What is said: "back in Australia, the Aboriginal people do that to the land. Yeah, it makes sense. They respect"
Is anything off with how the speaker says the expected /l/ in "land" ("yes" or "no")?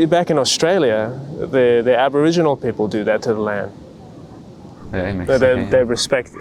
no